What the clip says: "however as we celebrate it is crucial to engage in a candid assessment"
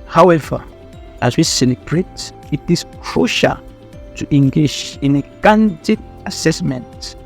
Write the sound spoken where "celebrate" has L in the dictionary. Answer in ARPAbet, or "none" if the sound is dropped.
N